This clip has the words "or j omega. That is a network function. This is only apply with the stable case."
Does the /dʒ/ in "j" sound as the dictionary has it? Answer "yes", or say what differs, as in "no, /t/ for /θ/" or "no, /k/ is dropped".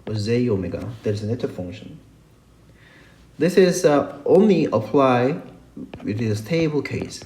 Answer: no, /z/ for /dʒ/